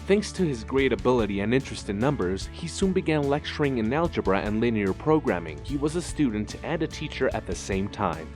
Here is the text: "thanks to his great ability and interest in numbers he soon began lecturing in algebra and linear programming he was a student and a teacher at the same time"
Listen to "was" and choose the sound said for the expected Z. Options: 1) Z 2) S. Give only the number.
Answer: 1